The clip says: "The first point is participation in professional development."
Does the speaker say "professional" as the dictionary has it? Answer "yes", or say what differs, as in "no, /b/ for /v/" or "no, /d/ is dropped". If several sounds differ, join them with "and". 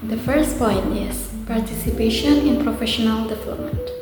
yes